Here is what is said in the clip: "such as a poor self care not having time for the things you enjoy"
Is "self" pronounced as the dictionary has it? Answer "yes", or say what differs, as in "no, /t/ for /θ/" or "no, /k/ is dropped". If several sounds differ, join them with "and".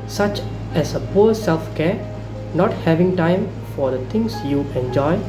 yes